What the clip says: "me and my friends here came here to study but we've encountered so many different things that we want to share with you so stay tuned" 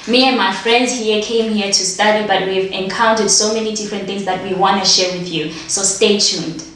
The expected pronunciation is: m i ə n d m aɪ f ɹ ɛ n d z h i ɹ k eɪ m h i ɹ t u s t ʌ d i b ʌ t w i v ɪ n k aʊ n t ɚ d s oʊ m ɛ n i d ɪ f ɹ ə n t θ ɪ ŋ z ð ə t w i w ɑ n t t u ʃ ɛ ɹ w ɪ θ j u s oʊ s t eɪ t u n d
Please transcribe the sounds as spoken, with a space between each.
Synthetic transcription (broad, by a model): m i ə n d m aɪ f ɹ ɛ n d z h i k eɪ m h i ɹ t u s t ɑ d i b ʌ t w i v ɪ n k aʊ n t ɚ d s oʊ m ɛ n i d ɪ f ɹ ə n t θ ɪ ŋ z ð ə t w i w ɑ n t t u ʃ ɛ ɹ w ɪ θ j u s oʊ s t eɪ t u n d